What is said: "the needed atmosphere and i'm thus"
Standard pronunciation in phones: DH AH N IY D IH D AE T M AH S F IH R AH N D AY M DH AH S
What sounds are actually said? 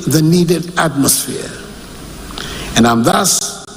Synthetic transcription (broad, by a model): DH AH N IY D IH D AE T M AH S F IH R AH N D AY M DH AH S